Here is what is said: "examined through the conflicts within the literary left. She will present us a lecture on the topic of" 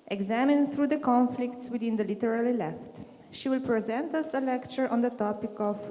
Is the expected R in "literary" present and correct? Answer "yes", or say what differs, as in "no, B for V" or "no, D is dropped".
no, L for R